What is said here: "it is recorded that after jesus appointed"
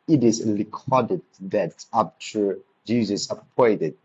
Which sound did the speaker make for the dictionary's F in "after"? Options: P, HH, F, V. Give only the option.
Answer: P